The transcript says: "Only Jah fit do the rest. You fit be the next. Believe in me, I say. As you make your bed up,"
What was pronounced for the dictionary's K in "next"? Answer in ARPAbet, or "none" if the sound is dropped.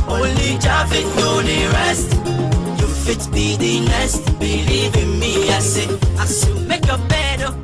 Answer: none